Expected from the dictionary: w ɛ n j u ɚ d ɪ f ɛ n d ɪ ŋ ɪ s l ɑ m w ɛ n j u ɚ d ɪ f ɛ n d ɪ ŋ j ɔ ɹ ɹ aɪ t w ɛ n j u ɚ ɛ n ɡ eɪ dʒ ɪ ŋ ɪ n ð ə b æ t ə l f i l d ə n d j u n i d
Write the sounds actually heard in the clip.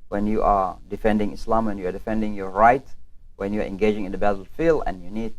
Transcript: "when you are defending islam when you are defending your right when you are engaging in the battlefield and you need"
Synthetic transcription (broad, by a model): w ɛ n j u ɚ d ɪ f ɛ n d ɪ ŋ ɪ s l ɑ m w ɛ n j u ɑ d ɪ f ɛ n d ɪ ŋ j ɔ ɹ ɹ aɪ t w ɛ n j u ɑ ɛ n ɡ eɪ dʒ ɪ ŋ ɪ n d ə b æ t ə l f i l ə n j u n i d